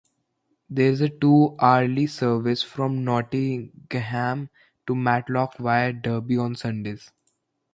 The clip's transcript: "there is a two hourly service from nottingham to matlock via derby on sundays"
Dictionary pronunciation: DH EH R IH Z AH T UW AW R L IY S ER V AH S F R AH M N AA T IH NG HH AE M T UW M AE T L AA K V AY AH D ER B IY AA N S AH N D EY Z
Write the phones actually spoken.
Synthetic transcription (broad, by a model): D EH R IH Z AH T UW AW R L IY S ER V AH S F R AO M N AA T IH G HH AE M T UW M AE T L AA K V AY AH D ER B IY AA N S AH N D EY Z